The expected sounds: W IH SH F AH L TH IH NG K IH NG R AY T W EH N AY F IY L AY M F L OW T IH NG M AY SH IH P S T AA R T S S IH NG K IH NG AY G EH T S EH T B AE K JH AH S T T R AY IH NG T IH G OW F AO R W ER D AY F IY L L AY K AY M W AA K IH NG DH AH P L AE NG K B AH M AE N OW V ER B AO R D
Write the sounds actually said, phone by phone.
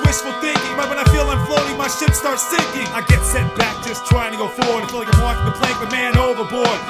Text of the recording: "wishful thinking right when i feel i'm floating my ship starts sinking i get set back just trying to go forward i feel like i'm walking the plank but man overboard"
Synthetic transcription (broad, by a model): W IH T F L TH IH NG K IH NG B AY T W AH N AY F IY L AY M F L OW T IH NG M AY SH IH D S T AA R T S S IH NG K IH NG AY G EH T S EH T B AE K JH AH S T T R AY IH NG T IH G OW F AO R W ER D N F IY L L AY K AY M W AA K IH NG DH AH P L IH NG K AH M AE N OW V ER B AO R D